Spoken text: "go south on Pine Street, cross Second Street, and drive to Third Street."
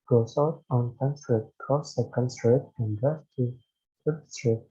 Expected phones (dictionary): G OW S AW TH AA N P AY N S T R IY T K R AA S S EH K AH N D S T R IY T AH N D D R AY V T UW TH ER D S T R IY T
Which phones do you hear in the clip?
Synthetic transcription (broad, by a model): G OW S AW T AA N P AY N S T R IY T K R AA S S EH K AH N D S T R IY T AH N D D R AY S T UW F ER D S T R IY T